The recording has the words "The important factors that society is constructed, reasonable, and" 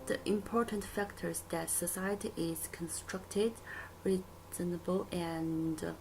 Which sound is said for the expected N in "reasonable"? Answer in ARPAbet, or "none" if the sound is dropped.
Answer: N